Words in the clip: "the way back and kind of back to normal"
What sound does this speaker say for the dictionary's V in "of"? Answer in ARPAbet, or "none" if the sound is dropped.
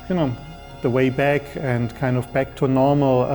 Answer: V